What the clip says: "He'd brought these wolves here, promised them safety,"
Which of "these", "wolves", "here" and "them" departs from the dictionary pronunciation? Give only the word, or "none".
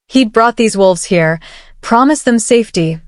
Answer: none